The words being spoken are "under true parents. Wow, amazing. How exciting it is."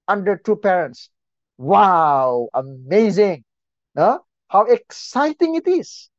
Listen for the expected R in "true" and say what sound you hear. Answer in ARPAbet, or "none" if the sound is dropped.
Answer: none